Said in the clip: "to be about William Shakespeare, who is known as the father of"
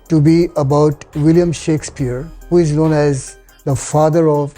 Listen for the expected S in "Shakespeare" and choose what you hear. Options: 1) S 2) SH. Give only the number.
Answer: 1